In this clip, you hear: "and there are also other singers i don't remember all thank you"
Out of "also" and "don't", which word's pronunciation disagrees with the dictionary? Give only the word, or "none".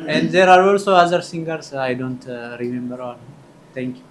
none